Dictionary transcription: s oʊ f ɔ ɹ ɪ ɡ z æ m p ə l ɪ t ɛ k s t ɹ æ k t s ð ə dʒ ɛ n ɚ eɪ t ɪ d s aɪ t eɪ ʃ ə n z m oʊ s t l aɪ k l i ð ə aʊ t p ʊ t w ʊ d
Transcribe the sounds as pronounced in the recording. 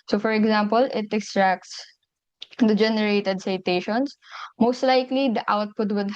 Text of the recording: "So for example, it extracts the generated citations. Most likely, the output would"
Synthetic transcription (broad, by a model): s oʊ f ɔ ɹ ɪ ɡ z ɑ m p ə l ɪ t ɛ k s t ɹ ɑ k t s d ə dʒ ɛ n ɚ eɪ t ɪ d s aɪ t eɪ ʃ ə n s m oʊ s t l aɪ k l i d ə aʊ t p ʊ t w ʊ d